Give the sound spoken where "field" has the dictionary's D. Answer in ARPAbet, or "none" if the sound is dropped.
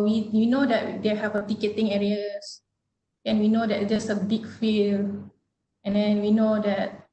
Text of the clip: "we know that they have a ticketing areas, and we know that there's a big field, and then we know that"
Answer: none